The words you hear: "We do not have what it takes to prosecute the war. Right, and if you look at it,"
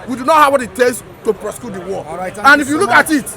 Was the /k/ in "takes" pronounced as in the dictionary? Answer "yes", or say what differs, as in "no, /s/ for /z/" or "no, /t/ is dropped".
no, /k/ is dropped